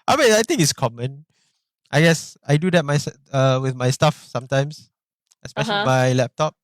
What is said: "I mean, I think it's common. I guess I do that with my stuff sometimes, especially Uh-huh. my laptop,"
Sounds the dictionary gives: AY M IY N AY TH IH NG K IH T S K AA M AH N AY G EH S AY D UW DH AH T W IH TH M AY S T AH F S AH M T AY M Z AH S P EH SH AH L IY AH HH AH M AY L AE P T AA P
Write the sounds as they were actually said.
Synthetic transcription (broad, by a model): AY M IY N AY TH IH NG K IH T S K AA M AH N AY G EH S AY D UW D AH T W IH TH M AY S T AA F S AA M T AY M S AH S P EH SH AH L IY M AY L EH P T AA P